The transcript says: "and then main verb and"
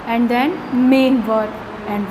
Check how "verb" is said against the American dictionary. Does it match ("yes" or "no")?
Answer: no